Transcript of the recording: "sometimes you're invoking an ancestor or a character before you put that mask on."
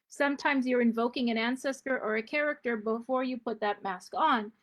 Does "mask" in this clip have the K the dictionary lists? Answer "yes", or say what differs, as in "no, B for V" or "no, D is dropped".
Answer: yes